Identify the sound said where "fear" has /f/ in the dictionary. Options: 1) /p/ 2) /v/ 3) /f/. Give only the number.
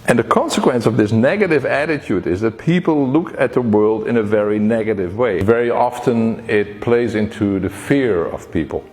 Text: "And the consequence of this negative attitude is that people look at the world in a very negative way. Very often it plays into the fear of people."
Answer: 3